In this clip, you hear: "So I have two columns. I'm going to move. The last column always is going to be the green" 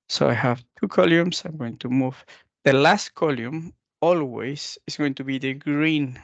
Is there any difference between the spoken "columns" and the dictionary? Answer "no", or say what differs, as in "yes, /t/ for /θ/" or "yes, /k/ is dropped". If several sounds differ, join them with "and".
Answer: yes, /s/ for /z/